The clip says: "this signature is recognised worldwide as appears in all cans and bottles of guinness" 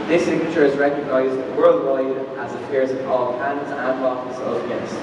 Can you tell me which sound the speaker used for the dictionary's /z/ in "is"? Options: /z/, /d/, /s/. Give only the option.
/z/